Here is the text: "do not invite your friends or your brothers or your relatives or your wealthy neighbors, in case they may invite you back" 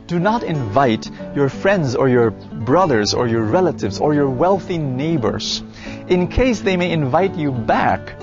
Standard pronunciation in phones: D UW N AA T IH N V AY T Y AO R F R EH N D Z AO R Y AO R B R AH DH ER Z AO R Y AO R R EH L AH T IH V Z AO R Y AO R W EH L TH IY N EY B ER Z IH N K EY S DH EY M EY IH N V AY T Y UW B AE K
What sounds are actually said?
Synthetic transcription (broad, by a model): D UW N AA T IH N V AY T Y AO R F R EH N D Z AO R Y AO R B R AH DH ER Z AO R Y AO R R EH L AH T IH V Z AO R Y AO R W EH L TH IY N EY B ER Z IH N K EY S DH EY M EY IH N V AY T Y UW B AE K